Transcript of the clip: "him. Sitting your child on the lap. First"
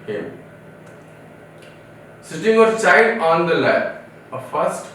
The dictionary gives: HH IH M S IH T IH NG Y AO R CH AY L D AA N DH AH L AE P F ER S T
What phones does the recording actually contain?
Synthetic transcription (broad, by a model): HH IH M S IH T IH NG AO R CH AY D AA N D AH L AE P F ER S T